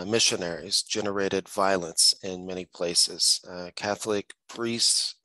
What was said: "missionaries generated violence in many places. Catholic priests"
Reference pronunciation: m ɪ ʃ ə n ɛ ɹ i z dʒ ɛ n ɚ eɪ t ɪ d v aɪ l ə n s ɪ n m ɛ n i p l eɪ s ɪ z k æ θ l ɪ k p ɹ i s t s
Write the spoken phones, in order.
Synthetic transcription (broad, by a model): m ɪ ʃ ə n ɛ ɹ i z dʒ ɛ n ɚ eɪ t ɪ d v aɪ l ə n s ɪ n m ɛ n i p l eɪ s ɪ z k æ θ l ɪ k p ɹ i s t s